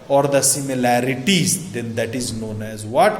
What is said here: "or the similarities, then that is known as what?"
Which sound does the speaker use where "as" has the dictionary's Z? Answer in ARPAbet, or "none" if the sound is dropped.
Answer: Z